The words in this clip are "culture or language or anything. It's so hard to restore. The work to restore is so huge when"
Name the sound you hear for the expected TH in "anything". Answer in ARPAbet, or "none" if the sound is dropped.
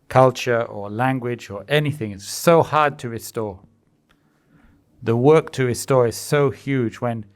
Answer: TH